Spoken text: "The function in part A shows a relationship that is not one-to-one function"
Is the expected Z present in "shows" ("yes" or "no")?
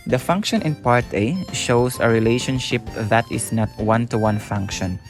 no